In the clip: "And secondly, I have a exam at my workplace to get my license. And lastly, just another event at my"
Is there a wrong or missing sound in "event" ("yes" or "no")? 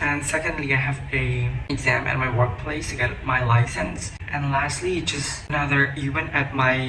yes